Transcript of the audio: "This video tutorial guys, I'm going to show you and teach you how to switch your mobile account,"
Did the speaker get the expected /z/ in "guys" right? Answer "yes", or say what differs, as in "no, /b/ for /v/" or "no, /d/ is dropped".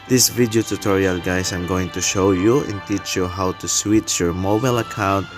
no, /s/ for /z/